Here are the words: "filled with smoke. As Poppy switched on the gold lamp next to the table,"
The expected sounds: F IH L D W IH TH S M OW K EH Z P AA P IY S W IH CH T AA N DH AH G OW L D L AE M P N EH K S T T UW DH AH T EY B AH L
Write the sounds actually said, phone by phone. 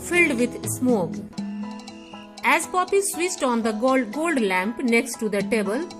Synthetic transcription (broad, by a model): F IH L D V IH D S M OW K EH Z P AA P IY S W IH S T AA N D AH G OW L D L AE M P N EH K S T T UW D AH T EY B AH L